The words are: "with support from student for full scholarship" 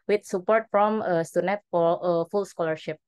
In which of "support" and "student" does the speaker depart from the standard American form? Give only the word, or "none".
student